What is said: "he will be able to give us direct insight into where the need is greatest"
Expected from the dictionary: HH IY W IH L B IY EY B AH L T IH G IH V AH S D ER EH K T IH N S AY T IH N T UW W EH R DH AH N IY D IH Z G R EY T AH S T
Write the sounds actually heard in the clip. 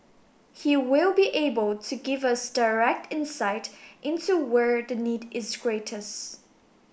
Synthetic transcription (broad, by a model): HH IY W IH L B IY EY B AH L T IH G IH V AH S D ER EH K T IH N S AY T IH N T UW W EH R DH AH N IY D IH Z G R EY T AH S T